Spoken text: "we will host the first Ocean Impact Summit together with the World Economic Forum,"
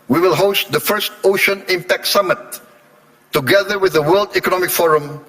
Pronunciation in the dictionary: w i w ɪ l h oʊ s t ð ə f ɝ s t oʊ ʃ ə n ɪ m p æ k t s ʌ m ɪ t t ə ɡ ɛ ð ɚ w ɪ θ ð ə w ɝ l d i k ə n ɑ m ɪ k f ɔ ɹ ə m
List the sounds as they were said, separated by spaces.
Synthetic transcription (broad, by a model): w i w ɪ l h oʊ s t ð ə f ɝ s t oʊ ʃ ə n ɪ m p æ k t s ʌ m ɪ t t ə ɡ ɛ ð ɚ w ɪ ð ə w ɝ l d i k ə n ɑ m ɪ k f ɔ ɹ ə m